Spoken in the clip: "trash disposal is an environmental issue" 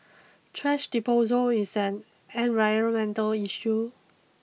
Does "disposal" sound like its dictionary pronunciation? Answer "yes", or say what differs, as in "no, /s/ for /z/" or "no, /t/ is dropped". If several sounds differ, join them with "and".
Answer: no, /s/ is dropped